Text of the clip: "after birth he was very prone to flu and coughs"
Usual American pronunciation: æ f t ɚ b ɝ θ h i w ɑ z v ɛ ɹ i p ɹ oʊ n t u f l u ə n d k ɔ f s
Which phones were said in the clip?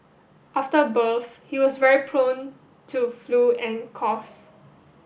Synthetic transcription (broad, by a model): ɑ f t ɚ b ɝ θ h i w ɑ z v ɛ ɹ i p ɹ oʊ n t u f l u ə n k ɔ s